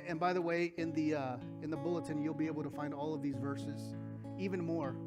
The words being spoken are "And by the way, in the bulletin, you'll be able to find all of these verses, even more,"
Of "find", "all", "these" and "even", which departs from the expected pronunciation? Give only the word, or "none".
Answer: none